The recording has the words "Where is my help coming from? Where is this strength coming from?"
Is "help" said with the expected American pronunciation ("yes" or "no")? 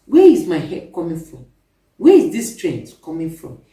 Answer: no